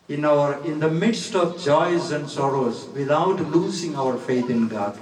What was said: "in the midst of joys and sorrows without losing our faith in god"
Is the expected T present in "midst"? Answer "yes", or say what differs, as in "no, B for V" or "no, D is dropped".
yes